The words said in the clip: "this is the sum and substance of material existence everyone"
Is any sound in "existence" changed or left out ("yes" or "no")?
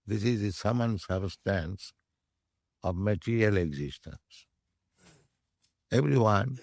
no